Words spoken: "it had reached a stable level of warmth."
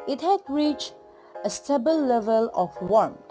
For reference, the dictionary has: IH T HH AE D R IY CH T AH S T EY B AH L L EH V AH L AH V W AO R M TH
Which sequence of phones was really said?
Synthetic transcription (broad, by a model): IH T HH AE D R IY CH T AH S T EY B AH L L EH V AH L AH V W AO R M